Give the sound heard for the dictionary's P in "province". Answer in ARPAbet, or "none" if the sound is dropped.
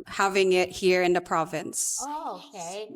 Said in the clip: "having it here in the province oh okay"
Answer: P